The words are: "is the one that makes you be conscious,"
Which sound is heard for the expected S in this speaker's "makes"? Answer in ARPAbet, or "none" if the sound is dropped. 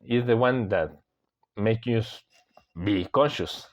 none